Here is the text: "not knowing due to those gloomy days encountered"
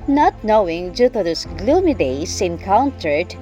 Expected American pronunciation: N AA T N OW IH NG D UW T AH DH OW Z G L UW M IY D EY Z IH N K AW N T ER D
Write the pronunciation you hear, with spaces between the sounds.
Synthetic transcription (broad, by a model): N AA T N OW IH NG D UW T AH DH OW S G L UW M IY D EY S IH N K AW N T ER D